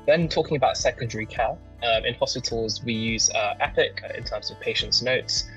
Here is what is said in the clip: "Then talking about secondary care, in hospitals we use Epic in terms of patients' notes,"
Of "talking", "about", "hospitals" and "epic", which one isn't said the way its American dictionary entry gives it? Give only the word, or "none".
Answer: none